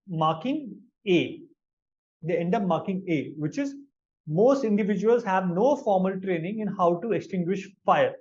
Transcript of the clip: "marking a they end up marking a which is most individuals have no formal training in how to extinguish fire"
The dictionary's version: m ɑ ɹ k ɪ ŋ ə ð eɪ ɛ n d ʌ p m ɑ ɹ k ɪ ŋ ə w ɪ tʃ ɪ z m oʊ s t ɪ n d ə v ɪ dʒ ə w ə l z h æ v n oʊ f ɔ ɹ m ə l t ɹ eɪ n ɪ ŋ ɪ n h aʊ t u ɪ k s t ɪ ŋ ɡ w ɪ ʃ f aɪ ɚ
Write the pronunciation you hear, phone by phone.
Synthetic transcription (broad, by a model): m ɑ ɹ k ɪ ŋ ə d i ɛ n d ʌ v m ɑ ɹ k ɪ ŋ ə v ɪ tʃ ɪ z m oʊ s t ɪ n d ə v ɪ dʒ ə ə l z h æ v n oʊ f ɔ ɹ m ə l t ɹ eɪ n ɪ ŋ ɪ n h aʊ t u ɪ k s t ɪ ŋ ɡ w ɪ ʃ f aɪ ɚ